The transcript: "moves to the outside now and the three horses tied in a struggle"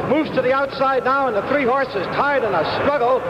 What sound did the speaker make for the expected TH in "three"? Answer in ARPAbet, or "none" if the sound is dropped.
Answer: TH